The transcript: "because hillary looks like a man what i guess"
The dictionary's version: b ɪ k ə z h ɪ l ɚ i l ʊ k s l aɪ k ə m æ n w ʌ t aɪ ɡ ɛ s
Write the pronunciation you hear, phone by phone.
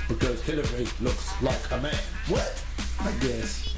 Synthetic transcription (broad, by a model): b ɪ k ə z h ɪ l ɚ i l ʊ k s l aɪ k ə m æ n w ʌ t aɪ ɡ ɛ s